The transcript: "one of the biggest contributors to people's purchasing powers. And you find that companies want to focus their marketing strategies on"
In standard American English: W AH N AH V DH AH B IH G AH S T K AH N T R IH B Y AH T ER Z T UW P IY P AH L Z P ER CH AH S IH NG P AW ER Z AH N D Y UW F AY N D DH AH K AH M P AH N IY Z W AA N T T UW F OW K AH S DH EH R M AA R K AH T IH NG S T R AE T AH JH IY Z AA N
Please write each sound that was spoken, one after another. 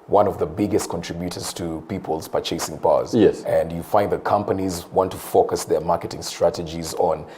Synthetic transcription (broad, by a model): W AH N AH V DH AH B IH G AH S T K AH N T R IH B Y AH T ER Z T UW P IY P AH L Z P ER CH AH S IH NG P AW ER S AH N D Y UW F AY N D DH AH K AH M P AH N IY Z W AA N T T UW F OW K AH S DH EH R M AA R K AH T IH NG S T R AE T AH JH IY Z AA N